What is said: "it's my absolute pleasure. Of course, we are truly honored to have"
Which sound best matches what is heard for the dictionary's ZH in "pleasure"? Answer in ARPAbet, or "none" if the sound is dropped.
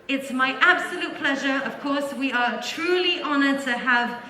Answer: ZH